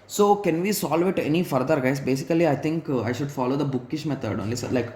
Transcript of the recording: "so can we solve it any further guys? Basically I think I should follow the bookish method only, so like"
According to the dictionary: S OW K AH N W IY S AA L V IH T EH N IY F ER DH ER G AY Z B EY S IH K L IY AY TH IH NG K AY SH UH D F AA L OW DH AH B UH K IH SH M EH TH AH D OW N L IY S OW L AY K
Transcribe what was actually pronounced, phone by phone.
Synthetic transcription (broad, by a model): S OW K AH N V IY S AA L V IH T EH N IY F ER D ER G AY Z B EY S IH K L IY AY T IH NG K AY SH UH D F AA L OW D AH B UH K IH SH M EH T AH D OW N L IY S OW L AY K